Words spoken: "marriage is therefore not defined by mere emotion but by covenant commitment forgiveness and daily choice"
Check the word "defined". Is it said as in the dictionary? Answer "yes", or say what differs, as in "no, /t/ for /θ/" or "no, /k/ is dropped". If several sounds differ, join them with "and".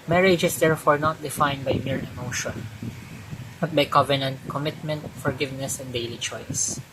yes